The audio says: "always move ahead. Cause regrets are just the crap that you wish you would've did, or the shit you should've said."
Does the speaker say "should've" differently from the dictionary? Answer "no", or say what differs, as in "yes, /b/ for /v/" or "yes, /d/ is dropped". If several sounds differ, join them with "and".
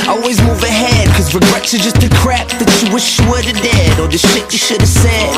no